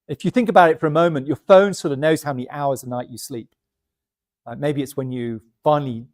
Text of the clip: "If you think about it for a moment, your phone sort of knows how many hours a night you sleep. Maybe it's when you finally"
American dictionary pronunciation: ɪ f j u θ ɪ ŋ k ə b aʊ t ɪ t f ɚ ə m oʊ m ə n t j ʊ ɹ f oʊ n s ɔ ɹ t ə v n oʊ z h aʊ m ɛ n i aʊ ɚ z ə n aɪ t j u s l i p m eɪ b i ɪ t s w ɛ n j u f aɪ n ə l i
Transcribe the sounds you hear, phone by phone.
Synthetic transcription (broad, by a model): ɪ f j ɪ θ ɪ ŋ k ə b aʊ t ɪ t f ɚ ə m oʊ m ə n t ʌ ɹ f oʊ n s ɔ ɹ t ə v n oʊ z h aʊ m ɛ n i aʊ ɚ z ə n aɪ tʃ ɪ s l i p m eɪ b i ɪ t s w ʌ n j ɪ f aɪ n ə l i